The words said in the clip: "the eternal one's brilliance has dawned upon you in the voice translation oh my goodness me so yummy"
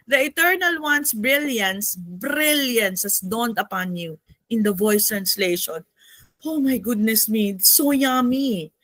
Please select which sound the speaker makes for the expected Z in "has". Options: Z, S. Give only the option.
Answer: S